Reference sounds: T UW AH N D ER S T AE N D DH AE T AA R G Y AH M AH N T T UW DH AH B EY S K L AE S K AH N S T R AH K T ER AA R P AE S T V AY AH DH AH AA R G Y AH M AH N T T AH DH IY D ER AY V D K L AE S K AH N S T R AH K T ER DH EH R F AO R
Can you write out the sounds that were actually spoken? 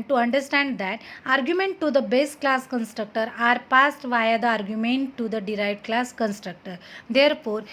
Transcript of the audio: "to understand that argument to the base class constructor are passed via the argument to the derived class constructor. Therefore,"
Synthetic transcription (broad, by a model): T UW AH N D ER S T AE N D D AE T AA R G Y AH M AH N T T UW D AH B EY S K L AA S K AH N S T R AH K T ER AA R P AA S T V AY AH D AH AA R G Y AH M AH N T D AH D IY D AY V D K L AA S K AH N S T R AH K T ER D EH R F AO R